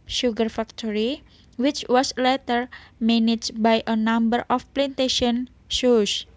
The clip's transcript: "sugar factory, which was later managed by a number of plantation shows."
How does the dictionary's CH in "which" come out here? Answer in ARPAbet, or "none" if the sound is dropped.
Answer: CH